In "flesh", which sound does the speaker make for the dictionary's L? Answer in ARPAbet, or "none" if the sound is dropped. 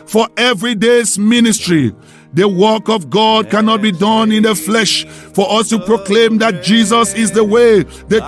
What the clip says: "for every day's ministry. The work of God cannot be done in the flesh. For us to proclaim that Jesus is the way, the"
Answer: L